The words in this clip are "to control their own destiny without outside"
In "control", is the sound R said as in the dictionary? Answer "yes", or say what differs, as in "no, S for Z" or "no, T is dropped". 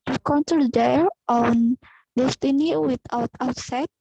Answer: no, R is dropped